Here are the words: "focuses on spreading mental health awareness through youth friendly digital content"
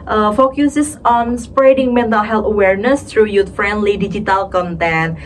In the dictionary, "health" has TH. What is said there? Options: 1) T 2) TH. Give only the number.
1